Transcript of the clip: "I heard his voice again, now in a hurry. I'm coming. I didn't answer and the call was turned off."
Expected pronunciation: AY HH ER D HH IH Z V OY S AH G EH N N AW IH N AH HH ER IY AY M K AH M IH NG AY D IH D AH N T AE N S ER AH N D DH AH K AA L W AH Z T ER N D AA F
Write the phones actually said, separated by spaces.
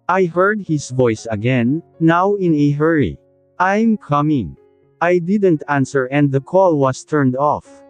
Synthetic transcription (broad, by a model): AY HH ER D HH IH S V OY S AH G EH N N AW IH N AH HH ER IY AY M K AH M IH NG AY D IH D AH N T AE N S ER AH N D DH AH K AA L W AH S T ER N D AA F